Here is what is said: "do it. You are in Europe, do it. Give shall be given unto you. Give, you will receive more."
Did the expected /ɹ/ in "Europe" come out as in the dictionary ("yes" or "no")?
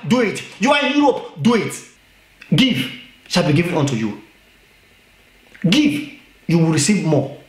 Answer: no